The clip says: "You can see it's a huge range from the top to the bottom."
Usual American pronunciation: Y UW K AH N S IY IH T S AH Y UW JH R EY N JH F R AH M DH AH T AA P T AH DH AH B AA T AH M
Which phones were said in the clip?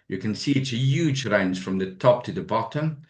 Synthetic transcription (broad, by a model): Y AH K AH N S IY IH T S AH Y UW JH R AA N Z F R AH M DH AH T AA P T AH DH AH B AA T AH M